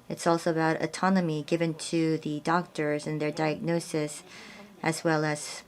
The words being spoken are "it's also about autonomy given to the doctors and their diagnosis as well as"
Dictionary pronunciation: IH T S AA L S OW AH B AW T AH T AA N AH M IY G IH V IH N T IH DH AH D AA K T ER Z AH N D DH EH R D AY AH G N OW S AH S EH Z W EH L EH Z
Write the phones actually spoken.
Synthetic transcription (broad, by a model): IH T S AA L S OW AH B AW T AH T AA N AH M IY G IH V IH N T IH DH AH D AA K T ER Z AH N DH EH R D AY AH G N OW S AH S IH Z W EH L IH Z